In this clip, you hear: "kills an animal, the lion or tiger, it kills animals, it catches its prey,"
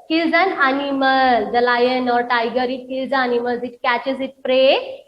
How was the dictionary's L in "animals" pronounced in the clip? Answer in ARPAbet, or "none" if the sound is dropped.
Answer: none